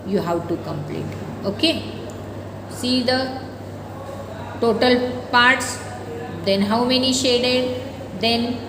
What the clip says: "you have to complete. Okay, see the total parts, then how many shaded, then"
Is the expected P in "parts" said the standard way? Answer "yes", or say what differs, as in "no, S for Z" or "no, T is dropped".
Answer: yes